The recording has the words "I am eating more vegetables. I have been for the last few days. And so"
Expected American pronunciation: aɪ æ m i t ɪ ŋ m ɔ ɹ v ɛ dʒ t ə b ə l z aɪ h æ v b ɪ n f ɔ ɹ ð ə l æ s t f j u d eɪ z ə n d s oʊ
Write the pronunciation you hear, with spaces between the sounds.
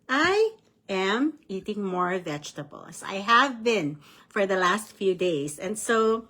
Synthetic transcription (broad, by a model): aɪ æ m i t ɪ ŋ m ɔ ɹ v ɛ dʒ t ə b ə l s aɪ h æ v b ɪ n f ɔ ɹ ð ə l æ s t f j u d eɪ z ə n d s oʊ